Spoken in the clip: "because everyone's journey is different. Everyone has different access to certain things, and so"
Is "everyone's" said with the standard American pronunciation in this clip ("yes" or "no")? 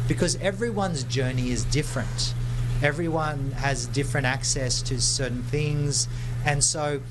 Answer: yes